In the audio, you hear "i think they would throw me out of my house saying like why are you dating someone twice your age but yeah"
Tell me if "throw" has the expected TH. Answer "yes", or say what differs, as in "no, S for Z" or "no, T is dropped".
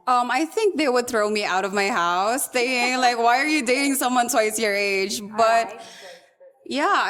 yes